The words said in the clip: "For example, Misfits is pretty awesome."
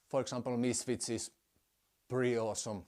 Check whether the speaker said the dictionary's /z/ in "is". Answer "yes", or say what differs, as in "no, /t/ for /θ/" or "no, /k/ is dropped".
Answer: no, /s/ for /z/